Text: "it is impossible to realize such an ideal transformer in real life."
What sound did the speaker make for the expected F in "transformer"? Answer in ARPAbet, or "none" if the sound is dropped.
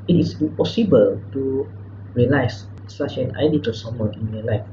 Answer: none